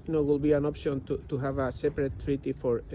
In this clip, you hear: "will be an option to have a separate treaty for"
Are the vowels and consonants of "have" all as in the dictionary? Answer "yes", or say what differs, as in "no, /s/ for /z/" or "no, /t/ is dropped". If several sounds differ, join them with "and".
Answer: yes